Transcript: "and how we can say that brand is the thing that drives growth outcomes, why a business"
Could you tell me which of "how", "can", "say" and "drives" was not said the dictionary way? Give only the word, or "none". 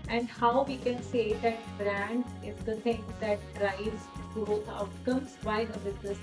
drives